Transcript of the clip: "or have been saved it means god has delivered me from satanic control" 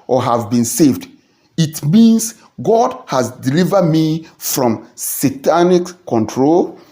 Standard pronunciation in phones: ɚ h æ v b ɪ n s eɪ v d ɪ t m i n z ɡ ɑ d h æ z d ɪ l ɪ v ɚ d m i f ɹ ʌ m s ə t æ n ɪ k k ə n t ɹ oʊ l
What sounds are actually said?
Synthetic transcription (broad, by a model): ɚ h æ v b ɪ n s eɪ v d ɪ t m i n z ɡ ɑ d h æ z d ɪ l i v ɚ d m i f ɹ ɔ m s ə t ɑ n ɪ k k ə n t ɹ oʊ l